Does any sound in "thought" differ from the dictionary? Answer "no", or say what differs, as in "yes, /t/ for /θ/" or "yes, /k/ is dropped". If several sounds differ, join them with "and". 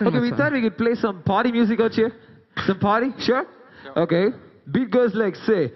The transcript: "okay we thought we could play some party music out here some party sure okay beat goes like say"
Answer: yes, /t/ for /θ/